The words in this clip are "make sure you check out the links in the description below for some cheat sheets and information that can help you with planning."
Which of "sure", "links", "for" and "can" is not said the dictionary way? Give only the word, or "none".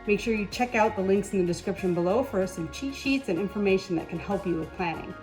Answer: none